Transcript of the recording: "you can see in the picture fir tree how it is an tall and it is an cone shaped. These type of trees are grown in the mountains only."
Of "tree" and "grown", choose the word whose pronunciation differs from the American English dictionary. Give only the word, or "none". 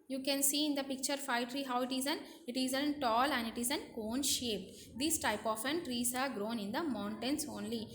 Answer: none